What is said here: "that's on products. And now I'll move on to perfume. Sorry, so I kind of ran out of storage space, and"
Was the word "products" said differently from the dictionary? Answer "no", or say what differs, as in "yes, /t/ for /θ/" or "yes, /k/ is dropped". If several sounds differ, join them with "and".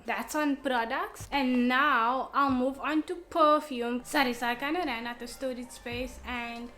no